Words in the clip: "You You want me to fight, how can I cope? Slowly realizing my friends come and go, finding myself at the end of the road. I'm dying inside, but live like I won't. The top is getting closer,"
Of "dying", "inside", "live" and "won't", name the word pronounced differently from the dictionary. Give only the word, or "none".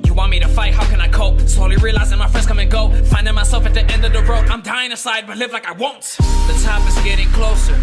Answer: inside